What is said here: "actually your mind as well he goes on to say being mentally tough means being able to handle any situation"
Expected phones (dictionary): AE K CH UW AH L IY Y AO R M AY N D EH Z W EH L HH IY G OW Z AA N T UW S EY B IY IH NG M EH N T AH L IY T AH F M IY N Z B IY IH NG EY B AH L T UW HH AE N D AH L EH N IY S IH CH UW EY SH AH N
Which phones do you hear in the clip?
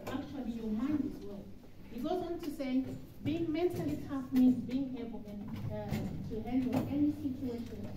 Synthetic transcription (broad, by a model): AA K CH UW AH L IY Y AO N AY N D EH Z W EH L HH IY G OW Z AA N T UW S EY B IY IH NG M EH N T AH L IY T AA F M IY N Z B IY IH NG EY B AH N T UW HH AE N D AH N EH N IY S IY CH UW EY SH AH N